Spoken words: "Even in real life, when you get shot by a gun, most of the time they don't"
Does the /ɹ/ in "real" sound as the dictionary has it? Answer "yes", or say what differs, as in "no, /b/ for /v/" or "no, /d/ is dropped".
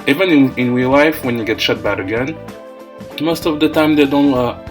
no, /w/ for /ɹ/